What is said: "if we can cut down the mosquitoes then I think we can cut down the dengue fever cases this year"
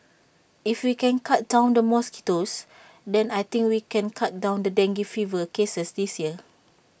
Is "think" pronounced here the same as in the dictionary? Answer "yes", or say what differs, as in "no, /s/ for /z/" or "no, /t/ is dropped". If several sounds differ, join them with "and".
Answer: no, /t/ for /θ/